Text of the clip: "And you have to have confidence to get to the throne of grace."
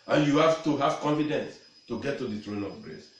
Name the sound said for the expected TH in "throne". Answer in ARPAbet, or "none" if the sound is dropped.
T